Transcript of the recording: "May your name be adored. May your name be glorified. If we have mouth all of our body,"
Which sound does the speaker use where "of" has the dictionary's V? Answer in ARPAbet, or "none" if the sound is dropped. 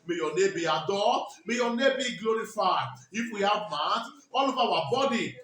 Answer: B